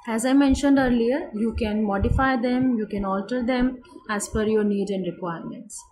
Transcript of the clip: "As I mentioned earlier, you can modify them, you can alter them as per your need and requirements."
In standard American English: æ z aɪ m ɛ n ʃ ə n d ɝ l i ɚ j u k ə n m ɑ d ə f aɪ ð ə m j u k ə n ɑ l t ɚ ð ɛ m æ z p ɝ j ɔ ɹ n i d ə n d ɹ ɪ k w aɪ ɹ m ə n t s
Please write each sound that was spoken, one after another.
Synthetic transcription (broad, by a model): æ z aɪ m ɛ n ʃ ə n d ɝ l i ɚ j u k ə n m ɑ d ə f aɪ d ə m j u k ə n ɑ l t ɚ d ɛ m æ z f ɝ j ɔ ɹ n i d ə n d ɹ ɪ k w aɪ ɹ m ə n t s